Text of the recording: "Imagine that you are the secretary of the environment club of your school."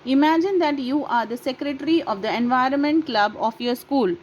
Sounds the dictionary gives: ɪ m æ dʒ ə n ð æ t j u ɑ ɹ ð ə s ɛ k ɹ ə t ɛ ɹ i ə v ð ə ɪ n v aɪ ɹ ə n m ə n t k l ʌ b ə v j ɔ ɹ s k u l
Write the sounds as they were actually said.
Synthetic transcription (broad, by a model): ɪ m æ dʒ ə n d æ t j u ɑ ɹ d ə s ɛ k ɹ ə t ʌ ɹ i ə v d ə ɪ n v aɪ ɹ ə n m ə n t k l ʌ b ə f j ɔ ɹ s k u l